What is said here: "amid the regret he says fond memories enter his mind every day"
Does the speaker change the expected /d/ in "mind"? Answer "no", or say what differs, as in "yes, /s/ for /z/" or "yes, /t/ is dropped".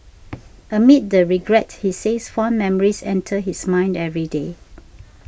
no